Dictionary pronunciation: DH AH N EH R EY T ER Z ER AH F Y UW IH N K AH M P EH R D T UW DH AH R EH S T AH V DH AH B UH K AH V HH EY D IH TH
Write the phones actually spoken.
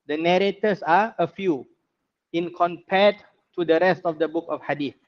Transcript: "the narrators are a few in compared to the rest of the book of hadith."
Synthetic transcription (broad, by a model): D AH N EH R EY T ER S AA AH F Y UW IH N K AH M P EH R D T UW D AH R EH S T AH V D AH B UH K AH F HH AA D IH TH